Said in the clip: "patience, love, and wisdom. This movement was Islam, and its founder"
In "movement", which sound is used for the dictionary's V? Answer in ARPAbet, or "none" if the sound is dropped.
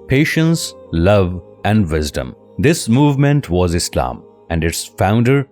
V